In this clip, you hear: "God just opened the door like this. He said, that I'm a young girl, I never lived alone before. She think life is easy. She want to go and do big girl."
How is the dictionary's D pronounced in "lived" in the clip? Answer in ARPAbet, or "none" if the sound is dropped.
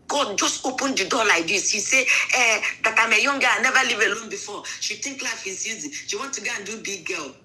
none